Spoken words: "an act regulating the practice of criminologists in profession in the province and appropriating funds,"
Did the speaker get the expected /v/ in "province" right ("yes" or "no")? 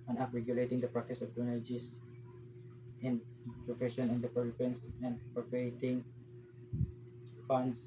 no